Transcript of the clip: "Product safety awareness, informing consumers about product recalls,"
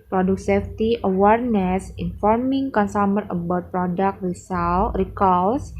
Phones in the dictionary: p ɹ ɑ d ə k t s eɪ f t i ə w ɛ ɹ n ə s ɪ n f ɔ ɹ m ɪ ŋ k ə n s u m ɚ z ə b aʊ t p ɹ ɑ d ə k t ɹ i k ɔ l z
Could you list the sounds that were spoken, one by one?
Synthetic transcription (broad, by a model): p ɹ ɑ d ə k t s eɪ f t i ə w ɛ ɹ n ə s ɪ n f ɔ ɹ m ɪ ŋ k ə n s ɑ m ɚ ə b aʊ t p ɹ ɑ d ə k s ɹ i k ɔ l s